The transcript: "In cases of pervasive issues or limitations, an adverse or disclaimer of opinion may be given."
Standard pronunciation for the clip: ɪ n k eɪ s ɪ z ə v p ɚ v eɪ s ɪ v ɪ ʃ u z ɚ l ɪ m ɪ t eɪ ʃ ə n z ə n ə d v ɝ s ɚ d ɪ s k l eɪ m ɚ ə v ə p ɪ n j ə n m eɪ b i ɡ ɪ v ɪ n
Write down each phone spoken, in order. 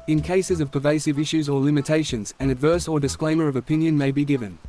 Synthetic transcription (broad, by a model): ɪ n k eɪ s ɪ z ə v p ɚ v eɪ s ɪ v ɪ ʃ u z ɚ l ɪ m ɪ t eɪ ʃ ə n z ə n ə d v ɝ s ɚ d ɪ s k l eɪ m ɚ ə v ə p ɪ n j ə n m eɪ b i ɡ ɪ v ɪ n